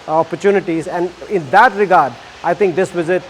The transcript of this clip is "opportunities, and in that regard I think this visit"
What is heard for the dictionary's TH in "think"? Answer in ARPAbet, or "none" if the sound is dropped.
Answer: T